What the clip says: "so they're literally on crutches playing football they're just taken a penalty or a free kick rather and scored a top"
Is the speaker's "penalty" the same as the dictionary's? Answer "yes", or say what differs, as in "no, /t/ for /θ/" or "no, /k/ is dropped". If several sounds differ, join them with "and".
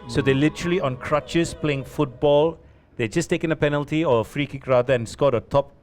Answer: yes